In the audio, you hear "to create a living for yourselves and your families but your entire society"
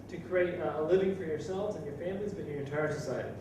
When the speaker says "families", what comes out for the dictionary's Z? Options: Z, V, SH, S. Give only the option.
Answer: Z